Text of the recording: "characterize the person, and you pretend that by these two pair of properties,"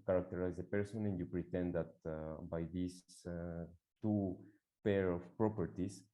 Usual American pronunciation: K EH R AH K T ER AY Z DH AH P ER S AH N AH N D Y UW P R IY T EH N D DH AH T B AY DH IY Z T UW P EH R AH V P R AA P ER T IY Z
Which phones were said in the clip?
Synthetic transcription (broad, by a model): K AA R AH K T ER AY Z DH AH P ER S AH N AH N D Y UW P R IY T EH N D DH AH T B AY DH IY S T UW P EH R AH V P R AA P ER T IY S